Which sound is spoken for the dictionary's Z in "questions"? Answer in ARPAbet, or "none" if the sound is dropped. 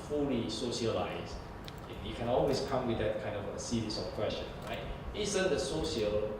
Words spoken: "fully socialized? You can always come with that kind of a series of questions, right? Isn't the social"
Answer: none